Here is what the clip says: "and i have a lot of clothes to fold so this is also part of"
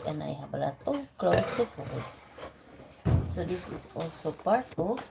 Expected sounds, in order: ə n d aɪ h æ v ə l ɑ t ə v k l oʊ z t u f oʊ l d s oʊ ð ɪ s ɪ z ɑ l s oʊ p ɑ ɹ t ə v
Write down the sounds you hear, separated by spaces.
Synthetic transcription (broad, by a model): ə n aɪ h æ b ə l ɑ t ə k l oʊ s t u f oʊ d s oʊ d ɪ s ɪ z ɑ l s oʊ p ɑ ɹ t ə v